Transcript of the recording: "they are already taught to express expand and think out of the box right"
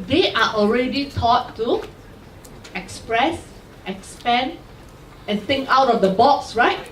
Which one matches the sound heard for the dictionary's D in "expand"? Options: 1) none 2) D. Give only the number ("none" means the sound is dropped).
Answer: 1